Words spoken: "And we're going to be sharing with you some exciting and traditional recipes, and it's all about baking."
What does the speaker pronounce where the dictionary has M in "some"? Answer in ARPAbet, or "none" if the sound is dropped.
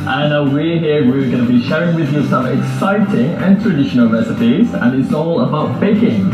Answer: none